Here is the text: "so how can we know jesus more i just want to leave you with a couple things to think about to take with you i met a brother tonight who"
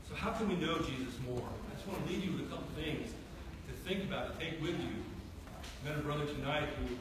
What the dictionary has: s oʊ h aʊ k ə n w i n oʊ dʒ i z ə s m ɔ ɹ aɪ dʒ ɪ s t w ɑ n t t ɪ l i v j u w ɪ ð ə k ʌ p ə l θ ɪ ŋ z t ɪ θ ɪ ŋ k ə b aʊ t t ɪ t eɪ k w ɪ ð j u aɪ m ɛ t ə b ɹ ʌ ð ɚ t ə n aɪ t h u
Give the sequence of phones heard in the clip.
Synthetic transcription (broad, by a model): s oʊ h aʊ k ə n w i n oʊ dʒ i z ə s m ɔ ɹ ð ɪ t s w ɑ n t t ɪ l i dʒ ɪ w ɪ ð ə k ʌ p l θ ɪ ŋ z t ɪ θ ɪ ŋ k ə b aʊ t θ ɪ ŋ k w ɪ ð j u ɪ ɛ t ə b ɹ ʌ ð ɚ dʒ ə n aɪ t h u